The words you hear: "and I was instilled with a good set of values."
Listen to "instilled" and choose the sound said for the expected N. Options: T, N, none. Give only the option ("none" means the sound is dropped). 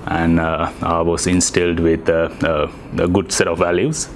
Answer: N